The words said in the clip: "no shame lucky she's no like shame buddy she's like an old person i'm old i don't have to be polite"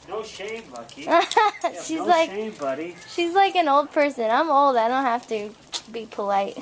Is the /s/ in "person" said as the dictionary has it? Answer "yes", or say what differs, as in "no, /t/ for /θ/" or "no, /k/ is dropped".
yes